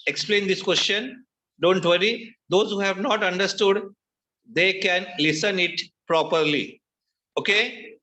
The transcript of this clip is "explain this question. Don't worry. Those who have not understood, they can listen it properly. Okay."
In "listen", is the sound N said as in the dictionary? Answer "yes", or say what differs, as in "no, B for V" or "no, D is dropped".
yes